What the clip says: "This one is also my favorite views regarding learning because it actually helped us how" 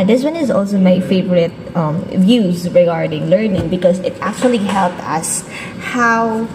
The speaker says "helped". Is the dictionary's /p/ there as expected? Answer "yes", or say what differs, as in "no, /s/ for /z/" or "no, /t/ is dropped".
yes